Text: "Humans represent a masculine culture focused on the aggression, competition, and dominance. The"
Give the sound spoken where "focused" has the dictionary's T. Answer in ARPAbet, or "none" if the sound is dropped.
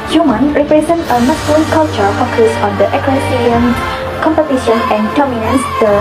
none